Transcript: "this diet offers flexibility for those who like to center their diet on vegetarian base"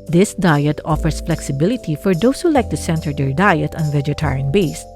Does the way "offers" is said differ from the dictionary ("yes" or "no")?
yes